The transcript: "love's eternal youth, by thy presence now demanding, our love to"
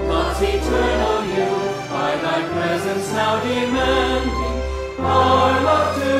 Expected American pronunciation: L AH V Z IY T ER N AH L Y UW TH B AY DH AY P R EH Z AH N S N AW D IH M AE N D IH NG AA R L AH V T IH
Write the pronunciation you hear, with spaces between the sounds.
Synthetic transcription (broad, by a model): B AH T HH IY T ER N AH N Y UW B AY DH AY P R EH Z AH N S N AW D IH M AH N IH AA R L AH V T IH